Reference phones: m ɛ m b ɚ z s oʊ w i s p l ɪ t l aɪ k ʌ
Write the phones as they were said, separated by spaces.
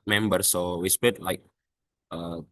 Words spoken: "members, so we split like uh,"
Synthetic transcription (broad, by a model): m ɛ m b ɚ s oʊ w i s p ɪ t l aɪ k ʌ